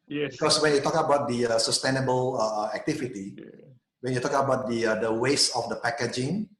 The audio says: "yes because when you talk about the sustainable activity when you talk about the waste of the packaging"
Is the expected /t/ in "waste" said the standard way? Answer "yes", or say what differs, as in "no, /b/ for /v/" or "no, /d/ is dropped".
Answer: no, /t/ is dropped